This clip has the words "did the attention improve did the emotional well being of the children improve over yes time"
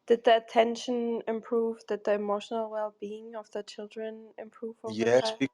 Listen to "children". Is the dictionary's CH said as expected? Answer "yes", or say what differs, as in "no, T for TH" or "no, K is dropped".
yes